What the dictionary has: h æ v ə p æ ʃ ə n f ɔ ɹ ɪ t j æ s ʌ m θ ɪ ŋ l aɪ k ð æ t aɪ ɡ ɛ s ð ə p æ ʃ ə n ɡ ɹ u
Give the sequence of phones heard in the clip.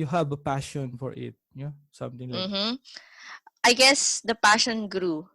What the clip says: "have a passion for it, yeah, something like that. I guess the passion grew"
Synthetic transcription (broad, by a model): h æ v ə p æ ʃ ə n f ɔ ɹ ɪ t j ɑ s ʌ m t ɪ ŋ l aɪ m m t aɪ ɡ ɛ s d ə p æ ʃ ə n ɡ ɹ u